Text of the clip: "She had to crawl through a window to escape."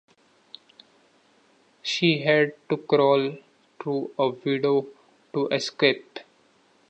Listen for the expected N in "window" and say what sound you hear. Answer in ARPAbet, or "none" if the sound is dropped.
none